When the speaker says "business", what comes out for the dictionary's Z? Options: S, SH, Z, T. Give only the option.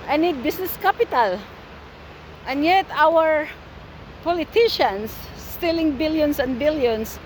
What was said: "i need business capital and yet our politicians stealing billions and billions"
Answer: S